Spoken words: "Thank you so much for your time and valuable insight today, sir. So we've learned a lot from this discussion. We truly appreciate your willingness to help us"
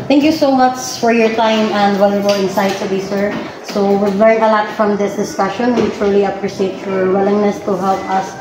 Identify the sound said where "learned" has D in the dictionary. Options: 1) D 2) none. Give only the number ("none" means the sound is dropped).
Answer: 2